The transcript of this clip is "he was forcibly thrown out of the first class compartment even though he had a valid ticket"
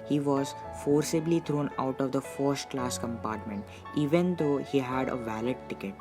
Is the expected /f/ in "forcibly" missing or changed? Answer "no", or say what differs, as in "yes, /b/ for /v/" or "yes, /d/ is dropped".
no